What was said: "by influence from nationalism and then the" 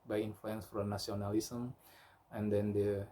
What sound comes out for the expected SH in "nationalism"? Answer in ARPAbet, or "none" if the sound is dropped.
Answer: S